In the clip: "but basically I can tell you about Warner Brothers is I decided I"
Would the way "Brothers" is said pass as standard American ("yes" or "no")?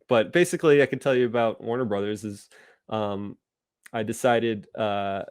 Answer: yes